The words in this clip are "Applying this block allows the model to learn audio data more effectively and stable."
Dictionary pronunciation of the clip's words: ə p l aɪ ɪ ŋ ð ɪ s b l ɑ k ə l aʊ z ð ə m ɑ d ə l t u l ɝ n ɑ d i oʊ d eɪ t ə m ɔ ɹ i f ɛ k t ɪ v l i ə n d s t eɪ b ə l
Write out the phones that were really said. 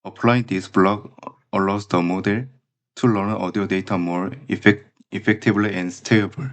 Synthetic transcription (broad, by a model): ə p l aɪ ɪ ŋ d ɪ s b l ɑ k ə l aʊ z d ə m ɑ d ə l t u l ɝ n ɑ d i oʊ d eɪ t ə m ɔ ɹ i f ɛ k t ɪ b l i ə n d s t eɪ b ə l